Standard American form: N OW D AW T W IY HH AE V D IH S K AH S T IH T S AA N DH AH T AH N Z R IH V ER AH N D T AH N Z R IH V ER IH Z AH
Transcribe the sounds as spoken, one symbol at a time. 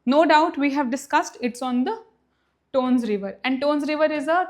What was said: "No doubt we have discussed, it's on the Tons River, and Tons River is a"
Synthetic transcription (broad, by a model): N OW D AW T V IY HH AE V D IH S K AH S T IH T S AA N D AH T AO N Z R IH V ER AH N D T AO N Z R IH V ER IH Z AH